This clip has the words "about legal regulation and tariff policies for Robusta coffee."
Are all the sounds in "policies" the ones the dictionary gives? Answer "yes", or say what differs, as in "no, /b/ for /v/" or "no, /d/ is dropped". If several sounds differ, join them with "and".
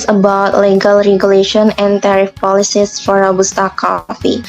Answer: no, /s/ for /z/